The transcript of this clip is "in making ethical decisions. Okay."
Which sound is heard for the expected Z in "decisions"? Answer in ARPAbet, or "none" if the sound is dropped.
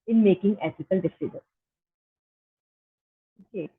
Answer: none